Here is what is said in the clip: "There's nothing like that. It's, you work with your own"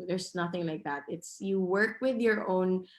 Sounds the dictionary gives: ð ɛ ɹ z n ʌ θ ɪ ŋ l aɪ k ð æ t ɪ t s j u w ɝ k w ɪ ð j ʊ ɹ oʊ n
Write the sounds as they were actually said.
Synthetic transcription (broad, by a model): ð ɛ ɹ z n ʌ θ ɪ ŋ l aɪ k ð æ t ɪ t s j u w ɝ k w ɪ ð j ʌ ɹ oʊ n